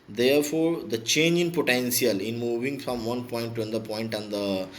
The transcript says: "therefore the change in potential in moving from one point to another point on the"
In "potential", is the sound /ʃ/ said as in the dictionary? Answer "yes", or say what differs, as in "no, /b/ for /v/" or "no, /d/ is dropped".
no, /s/ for /ʃ/